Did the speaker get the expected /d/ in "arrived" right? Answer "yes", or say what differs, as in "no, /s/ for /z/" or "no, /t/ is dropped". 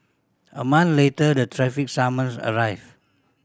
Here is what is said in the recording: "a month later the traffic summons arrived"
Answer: no, /d/ is dropped